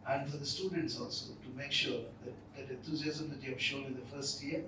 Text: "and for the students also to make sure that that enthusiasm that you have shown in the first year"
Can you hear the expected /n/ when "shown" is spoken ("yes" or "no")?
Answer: no